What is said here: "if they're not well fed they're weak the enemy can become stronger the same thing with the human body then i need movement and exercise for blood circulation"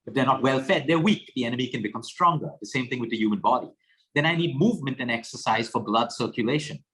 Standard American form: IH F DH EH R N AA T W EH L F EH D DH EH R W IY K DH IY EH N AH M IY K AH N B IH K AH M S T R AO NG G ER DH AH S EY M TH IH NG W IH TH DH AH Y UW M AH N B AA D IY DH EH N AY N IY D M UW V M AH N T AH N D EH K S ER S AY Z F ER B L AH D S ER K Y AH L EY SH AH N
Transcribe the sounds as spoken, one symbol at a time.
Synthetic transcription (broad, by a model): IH F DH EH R N AA T W EH L F EH D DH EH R W IY K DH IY EH N AH M IY K AH N B IH K AH M S T R AO NG G ER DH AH S EY M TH IH NG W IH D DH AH Y UW M AH N B AA D IY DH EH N AY N IY D M UW V M AH N T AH N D EH K S ER S AY Z F ER B L AH D S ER K Y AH L EY SH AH N